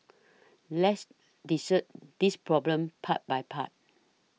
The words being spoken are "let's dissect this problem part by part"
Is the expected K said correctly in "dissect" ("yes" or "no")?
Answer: no